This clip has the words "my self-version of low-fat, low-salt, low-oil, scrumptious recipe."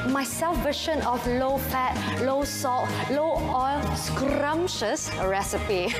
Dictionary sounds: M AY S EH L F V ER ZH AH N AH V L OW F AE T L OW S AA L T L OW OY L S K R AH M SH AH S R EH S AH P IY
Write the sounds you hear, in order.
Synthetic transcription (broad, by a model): M AY S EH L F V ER SH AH N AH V L OW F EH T L OW S AA T L OW OY L S K R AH M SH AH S R EH S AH P IY